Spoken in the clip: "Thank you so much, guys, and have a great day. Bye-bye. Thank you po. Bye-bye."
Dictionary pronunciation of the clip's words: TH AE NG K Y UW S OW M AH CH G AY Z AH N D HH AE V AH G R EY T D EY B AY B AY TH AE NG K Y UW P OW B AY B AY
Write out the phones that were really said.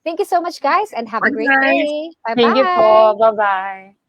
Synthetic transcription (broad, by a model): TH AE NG K Y UW S OW M AH CH G AY Z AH N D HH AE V AH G R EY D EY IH B AY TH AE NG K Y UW F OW B AY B AY